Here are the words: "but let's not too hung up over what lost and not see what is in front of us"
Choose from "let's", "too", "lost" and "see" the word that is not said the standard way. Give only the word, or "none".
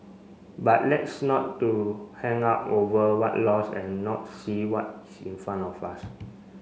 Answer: lost